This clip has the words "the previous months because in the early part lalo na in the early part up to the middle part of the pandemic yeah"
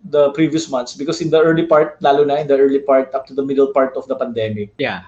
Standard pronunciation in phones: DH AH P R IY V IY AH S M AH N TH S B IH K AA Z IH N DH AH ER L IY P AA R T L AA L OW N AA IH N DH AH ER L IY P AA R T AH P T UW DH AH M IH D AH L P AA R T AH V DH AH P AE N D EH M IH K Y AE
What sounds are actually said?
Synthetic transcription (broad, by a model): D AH P R IY V IY AH S M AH N T S B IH K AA S IH N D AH ER L IY P AA R T L AA L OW N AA IH N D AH ER L IY P AA R T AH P T UW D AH M IH D AH L P AA R T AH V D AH P AE N D EH M IH K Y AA